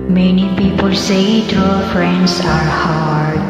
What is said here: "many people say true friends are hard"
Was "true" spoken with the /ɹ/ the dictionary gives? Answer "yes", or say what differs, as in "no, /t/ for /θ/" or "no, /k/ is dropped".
no, /ɹ/ is dropped